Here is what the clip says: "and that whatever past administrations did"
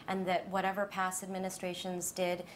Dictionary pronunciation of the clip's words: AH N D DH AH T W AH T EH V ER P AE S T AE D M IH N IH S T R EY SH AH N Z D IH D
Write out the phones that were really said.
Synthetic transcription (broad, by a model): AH N DH AH T W AH T EH V ER P AE S AE D M IH N IH S T R EY SH AH N Z D IH D